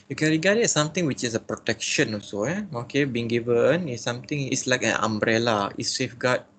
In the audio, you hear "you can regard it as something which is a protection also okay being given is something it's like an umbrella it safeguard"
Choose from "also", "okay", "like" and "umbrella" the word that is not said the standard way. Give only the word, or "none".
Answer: also